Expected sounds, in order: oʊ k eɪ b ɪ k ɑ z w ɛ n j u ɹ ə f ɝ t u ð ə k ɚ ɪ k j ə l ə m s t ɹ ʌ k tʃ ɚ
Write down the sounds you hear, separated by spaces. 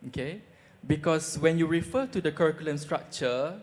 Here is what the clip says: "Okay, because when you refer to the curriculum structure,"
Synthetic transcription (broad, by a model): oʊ k eɪ b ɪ k ɑ s w ɛ n j u ɹ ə f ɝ t u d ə k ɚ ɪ k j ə l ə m s t ɹ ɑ k tʃ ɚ